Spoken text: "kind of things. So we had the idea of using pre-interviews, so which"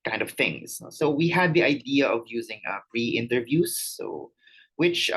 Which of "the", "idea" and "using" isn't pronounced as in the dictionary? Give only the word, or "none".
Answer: none